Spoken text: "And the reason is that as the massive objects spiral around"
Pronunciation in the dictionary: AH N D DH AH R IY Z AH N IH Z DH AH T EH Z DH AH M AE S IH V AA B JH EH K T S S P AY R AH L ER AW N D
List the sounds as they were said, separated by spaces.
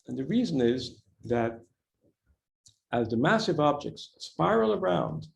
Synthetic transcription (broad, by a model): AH N DH AH R IY Z AH N IH Z DH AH T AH Z DH AH M AE S IH V AA B JH EH K T S S P AY R L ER AW N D